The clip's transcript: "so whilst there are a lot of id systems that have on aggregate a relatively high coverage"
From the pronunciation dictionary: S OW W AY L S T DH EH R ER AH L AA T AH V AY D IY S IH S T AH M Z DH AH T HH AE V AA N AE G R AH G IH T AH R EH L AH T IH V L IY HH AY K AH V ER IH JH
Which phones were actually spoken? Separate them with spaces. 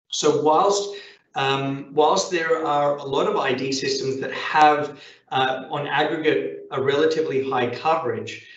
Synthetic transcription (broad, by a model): S OW W AY L S T DH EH R ER AH L AA T AH V AY D IY S IH S T AH M Z DH AH T HH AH V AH N AE G R AH G IH T AH R EH L AH T IH V L IY HH AY K AH V ER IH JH